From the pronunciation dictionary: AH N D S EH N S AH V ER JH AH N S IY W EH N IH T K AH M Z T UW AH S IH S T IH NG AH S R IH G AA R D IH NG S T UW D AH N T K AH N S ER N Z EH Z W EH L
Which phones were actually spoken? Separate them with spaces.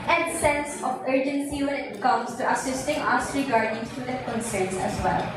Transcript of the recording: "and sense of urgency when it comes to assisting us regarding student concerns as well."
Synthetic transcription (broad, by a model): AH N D S EH N S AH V ER JH AH N S IY W EH N IH T K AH M S T UW AH S IH S T IH NG AH S R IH G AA R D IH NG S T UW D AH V K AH N S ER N S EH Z W EH L